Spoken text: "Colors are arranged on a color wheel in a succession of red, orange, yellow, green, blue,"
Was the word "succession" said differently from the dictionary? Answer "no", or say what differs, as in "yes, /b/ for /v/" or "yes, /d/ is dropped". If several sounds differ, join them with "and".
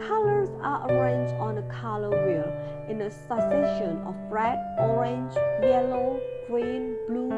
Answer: yes, /k/ is dropped